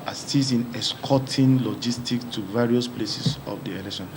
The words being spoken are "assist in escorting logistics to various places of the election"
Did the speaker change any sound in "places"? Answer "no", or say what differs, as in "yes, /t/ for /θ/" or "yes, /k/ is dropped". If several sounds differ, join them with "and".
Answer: yes, /s/ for /z/